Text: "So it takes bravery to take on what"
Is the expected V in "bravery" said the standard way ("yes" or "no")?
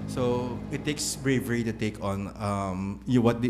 yes